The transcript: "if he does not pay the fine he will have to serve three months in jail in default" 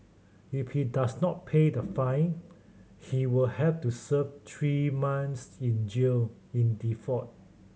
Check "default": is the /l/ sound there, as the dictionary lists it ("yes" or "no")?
no